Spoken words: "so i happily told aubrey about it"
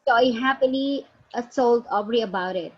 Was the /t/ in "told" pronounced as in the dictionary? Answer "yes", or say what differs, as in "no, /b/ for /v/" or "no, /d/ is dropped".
no, /s/ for /t/